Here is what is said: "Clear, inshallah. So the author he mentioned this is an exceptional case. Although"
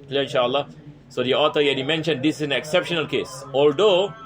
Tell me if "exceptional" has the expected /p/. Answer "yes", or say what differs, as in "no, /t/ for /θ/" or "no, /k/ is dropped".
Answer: yes